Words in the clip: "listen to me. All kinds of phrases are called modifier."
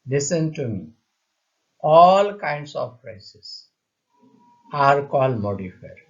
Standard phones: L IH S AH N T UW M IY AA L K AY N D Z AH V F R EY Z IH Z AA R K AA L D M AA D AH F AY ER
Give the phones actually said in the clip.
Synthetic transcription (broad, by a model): L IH S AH N T UW M IY AA L K AY N D S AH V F R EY S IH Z AA R K AA L D M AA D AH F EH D